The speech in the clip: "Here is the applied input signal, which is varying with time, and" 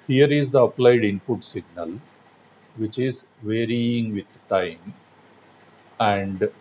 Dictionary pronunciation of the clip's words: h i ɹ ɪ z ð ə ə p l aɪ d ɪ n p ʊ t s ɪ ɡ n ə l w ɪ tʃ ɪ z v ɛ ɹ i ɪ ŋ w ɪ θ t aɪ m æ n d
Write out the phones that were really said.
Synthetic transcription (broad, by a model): h i ɹ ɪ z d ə ə p l aɪ d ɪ n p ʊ t s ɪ ɡ n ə l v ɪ tʃ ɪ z v ɛ ɹ i ɪ ŋ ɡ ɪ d t aɪ m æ n d